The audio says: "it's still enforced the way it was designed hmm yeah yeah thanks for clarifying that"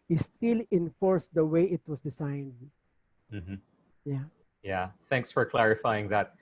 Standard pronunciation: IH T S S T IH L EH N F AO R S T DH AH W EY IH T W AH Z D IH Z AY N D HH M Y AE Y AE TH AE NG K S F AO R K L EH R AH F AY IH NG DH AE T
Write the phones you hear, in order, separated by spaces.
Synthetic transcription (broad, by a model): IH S S T IH L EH N F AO R S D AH W EY IH T W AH S D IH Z AY N D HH M Y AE Y AE TH AE NG K S F AO R K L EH R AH F AY IH NG DH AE T